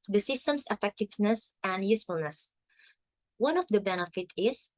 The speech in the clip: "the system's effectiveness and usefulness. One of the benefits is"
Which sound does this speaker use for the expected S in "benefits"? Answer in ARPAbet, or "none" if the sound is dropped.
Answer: none